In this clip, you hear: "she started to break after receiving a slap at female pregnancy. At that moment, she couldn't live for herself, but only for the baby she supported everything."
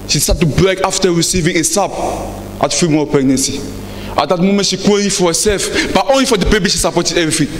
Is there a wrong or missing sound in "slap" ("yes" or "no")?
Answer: yes